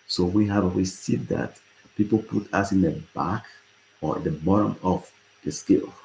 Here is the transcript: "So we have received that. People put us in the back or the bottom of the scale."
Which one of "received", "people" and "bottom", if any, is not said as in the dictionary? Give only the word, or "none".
received